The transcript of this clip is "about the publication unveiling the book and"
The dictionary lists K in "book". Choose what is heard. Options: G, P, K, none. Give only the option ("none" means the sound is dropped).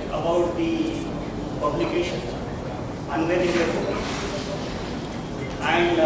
none